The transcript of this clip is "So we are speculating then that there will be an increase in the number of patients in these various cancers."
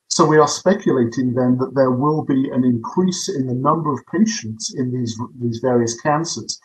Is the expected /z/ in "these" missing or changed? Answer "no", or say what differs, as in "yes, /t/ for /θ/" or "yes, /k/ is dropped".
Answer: no